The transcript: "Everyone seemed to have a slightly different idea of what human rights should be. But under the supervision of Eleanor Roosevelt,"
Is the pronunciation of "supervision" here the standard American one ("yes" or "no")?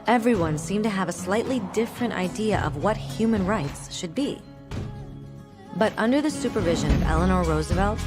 yes